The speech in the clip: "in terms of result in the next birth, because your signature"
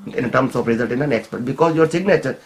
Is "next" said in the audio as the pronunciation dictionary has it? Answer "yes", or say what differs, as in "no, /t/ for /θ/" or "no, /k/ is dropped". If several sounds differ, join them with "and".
yes